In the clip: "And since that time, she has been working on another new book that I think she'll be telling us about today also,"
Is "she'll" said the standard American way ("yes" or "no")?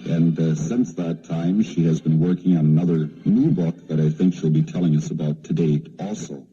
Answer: yes